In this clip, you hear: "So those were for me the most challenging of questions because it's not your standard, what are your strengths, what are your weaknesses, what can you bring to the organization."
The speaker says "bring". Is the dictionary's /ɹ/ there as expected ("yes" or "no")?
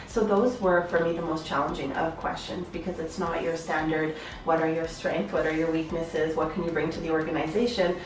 yes